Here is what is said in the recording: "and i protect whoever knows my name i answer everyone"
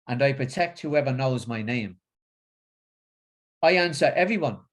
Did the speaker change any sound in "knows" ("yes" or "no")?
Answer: no